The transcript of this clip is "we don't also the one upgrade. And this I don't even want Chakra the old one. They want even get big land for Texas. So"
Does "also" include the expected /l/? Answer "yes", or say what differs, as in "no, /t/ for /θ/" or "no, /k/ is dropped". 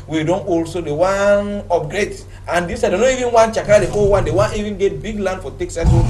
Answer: yes